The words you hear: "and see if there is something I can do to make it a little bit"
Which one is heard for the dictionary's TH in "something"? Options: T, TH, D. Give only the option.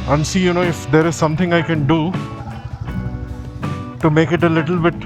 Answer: T